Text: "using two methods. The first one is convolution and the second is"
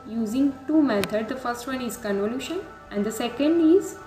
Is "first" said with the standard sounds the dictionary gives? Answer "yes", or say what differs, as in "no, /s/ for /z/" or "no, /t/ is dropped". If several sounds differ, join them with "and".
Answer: yes